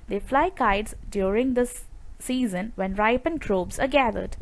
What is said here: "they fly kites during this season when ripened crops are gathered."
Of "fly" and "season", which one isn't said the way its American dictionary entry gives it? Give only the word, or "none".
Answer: none